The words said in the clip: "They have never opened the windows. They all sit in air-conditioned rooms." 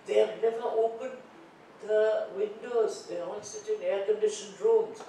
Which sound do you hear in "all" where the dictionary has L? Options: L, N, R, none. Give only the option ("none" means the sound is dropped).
N